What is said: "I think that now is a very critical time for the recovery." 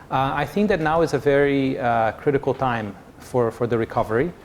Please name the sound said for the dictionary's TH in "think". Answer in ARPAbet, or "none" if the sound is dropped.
TH